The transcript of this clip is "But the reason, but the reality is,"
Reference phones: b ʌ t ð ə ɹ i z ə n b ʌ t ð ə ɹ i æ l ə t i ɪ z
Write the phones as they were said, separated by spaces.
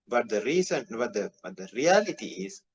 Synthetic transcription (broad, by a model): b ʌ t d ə ɹ i s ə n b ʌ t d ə ɹ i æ l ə t i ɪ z